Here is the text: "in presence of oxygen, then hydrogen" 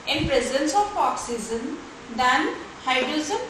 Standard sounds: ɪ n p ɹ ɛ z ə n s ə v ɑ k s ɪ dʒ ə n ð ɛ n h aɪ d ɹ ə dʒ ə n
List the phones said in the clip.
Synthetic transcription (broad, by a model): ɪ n p ɹ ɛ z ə n s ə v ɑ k s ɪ z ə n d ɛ n h aɪ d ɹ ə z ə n